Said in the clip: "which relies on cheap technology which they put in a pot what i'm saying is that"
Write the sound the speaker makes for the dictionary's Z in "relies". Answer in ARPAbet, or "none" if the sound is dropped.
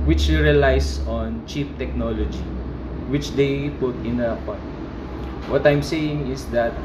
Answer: S